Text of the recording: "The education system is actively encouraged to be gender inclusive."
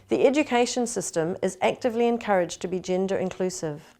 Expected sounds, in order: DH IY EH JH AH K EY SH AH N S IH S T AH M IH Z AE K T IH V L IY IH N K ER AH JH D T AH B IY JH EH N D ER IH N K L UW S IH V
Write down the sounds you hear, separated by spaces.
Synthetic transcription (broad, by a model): DH IY EH JH AH K EY SH AH N S IH S T AH M IH Z AE K T IH V L IY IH N K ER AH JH T AH B IY JH EH N D ER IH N K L UW S IH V